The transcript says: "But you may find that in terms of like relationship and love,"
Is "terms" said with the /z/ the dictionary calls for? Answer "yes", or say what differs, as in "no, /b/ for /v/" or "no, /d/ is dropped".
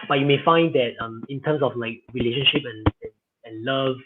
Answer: no, /s/ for /z/